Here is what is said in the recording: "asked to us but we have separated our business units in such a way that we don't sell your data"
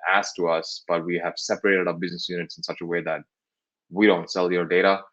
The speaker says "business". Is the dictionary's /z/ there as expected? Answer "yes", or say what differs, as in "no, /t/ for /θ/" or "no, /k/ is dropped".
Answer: yes